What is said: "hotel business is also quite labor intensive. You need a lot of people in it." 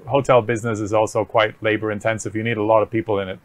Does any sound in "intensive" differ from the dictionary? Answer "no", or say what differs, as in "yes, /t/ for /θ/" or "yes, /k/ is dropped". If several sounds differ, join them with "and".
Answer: no